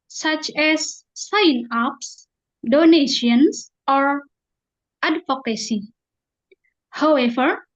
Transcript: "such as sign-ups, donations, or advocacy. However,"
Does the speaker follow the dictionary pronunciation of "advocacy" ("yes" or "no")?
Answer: no